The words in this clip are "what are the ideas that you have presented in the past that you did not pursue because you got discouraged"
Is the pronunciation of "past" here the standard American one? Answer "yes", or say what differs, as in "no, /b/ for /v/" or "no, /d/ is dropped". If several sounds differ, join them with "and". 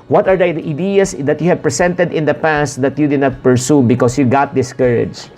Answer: yes